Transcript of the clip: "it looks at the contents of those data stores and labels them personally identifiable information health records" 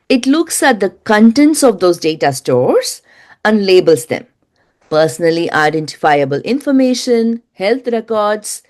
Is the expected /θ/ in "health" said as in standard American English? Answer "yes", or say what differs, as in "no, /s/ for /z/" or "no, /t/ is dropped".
no, /t/ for /θ/